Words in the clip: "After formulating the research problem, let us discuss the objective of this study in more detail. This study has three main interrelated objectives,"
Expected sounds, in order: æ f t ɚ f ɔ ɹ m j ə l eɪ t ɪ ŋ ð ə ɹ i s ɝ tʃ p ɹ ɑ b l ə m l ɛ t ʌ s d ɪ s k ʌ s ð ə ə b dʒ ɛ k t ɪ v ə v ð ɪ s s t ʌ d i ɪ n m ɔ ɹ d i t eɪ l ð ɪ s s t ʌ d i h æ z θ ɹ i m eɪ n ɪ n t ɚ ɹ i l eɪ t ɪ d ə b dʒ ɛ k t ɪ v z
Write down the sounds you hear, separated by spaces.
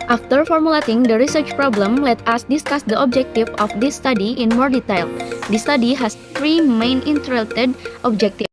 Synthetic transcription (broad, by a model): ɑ f t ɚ f ɔ ɹ m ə l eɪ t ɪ ŋ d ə ɹ i s ɝ tʃ p ɹ ɑ b l ə m l ɛ t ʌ s d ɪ s k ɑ s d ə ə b dʒ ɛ k t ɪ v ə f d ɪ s s t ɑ d i ɪ n m ɔ ɹ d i t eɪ l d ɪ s s t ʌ d i h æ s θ ɹ i m eɪ n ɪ n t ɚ ɹ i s t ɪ d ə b dʒ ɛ k t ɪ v